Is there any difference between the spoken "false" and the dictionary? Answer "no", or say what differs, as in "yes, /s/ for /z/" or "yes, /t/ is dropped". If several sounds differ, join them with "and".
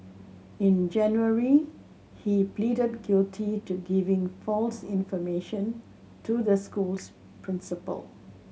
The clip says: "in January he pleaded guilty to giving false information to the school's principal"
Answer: no